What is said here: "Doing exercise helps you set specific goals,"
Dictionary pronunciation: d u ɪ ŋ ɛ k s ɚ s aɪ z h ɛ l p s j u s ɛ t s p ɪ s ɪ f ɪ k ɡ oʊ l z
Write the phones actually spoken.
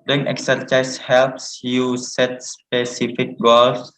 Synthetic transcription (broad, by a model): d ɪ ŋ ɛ k s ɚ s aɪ s h ɛ l p s j u s ɛ t s p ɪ s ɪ f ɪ k ɡ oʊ l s